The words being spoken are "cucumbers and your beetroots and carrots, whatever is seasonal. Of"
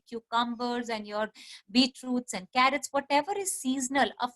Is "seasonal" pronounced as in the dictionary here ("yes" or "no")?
yes